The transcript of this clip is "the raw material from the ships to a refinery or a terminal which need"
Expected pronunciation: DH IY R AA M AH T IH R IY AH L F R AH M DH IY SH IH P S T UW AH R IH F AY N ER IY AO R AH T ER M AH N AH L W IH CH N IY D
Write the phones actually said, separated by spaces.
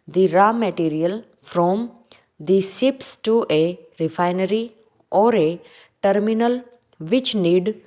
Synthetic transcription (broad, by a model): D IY R AA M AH T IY R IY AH L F R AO M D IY S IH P S T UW AH R IH F AY N ER IY AO R AH T ER M AH N AH L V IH CH N IY D